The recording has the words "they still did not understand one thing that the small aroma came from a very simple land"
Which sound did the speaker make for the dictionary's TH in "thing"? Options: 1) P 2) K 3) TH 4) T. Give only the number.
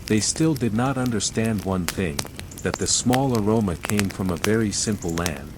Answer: 3